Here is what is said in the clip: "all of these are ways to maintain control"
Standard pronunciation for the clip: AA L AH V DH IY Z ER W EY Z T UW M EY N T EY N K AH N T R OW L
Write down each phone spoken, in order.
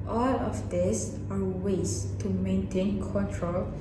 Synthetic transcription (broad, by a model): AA L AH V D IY S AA W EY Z T UW M EY N T EY N K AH N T R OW L